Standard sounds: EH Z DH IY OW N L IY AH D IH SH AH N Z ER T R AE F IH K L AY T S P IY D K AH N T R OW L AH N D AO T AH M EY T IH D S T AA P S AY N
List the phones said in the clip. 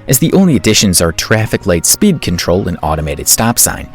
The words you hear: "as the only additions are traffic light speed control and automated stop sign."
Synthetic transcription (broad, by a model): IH Z DH IY OW N L IY AH D IH SH AH N Z ER T R AE F IH K L AY T S P IY D K AH N T R OW L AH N AO T AH M EY T IH D S T AA P S AY N